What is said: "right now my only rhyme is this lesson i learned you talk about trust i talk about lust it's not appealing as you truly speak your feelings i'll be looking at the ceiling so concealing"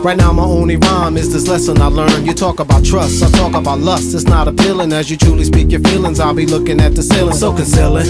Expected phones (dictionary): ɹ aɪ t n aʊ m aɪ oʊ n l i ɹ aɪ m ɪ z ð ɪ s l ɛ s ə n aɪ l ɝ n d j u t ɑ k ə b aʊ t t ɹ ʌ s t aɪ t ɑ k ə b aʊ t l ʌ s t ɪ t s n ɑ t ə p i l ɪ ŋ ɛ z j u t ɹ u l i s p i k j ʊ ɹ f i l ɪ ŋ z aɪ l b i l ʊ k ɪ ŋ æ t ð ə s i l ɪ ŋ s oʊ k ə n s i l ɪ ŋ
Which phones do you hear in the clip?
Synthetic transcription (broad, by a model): ɹ aɪ t n aʊ m aɪ oʊ n l i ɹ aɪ m ɪ z ð ɪ s l ɛ s ə n aɪ l ɝ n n j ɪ t ɑ k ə b aʊ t t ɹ ʌ s t aɪ t ɑ k ə b aʊ t l ʌ s t ɪ t s n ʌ t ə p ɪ l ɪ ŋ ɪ z j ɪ t ɹ u l i s p i k j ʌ ɹ f i l ɪ ŋ z aɪ l b i l ʊ k ɪ ŋ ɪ t ð ə s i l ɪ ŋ s oʊ k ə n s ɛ l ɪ